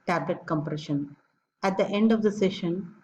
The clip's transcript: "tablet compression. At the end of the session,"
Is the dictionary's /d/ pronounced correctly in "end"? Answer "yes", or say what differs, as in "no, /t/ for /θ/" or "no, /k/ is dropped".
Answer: yes